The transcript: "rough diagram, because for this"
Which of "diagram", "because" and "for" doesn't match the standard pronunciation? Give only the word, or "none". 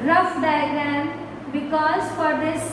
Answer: diagram